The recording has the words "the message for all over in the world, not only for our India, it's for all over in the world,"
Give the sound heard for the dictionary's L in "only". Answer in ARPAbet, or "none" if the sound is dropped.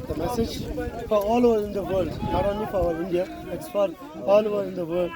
none